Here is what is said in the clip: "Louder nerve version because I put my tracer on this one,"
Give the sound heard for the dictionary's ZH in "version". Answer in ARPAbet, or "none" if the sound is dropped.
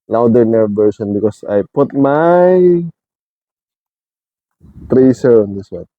S